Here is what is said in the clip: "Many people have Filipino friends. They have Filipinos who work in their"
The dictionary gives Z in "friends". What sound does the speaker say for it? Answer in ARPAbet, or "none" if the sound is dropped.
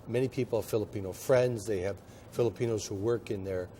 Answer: Z